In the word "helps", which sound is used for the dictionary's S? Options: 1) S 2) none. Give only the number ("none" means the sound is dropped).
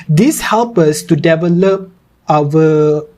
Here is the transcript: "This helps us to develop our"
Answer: 2